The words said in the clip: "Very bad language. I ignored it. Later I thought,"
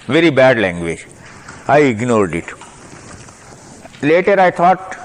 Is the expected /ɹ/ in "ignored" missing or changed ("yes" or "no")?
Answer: no